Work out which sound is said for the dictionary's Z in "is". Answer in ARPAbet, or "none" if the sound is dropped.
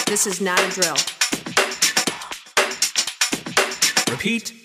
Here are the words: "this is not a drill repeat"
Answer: Z